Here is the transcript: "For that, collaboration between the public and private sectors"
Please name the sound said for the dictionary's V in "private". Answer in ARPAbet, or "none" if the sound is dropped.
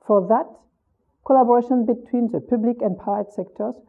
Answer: none